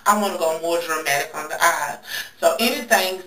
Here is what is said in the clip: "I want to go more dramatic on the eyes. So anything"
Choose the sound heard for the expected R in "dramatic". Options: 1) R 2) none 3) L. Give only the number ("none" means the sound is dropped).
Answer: 1